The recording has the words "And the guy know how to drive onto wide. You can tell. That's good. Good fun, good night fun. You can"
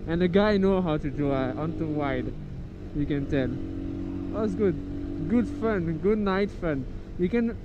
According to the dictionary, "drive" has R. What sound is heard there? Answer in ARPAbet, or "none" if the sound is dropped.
none